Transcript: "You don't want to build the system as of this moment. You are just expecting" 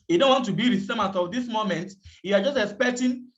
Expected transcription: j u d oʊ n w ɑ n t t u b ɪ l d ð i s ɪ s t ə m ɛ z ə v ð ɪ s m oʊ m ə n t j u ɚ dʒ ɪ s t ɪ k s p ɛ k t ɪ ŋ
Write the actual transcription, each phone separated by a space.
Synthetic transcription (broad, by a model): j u d oʊ n w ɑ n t t u b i d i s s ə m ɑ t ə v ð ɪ s m oʊ m ə n t j u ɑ dʒ ɪ s t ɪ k s p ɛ k t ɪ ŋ